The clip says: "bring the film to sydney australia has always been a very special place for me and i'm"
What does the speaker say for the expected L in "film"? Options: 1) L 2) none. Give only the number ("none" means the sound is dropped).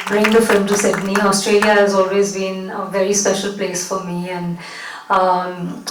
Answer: 1